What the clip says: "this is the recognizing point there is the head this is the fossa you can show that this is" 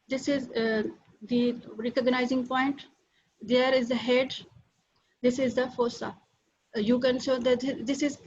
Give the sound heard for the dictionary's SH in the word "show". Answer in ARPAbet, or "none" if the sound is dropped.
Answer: S